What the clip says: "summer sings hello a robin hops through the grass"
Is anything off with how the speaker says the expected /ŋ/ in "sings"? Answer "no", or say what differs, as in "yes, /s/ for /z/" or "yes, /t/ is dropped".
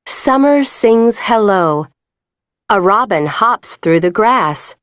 no